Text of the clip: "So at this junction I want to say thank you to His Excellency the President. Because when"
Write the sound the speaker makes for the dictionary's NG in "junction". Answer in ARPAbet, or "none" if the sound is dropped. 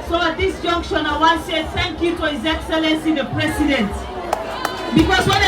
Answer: NG